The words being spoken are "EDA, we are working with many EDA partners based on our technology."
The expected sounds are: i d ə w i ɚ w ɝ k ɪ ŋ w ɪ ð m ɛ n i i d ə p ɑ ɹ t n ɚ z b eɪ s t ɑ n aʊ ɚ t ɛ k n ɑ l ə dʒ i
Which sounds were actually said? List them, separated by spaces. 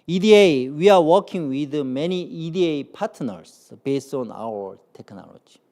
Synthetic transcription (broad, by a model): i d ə w i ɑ w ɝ k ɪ ŋ w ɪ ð m ɛ n i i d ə p ɑ t n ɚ s b eɪ s t ɑ n aʊ ɚ t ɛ k n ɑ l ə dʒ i